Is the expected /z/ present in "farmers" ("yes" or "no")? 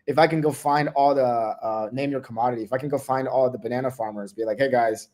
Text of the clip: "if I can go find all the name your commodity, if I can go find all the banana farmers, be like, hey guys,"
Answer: yes